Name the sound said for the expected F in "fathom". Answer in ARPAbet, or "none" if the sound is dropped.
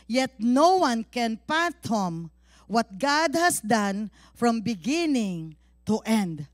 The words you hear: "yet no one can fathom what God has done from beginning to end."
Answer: P